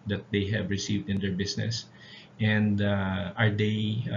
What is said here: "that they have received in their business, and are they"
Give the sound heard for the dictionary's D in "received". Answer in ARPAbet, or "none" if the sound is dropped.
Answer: D